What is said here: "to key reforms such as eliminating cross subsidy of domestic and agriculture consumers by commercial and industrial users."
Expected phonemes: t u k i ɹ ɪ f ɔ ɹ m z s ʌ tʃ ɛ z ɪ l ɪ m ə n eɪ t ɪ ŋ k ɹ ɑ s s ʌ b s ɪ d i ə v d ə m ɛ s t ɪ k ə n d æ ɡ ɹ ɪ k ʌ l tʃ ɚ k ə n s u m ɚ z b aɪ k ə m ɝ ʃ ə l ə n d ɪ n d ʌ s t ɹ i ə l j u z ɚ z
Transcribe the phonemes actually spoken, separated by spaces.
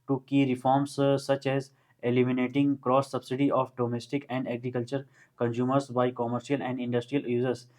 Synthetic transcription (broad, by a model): t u k i ɹ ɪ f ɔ ɹ m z s ʌ tʃ ɛ z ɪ l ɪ m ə n eɪ t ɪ ŋ k ɹ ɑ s s ʌ b s ɪ d i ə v d ə m ɛ s t ɪ k ə n d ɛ ɡ ɹ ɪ k ʌ l tʃ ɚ k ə n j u m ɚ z b aɪ k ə m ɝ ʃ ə l ə n d ɪ n d ʌ s t ɹ i ə l j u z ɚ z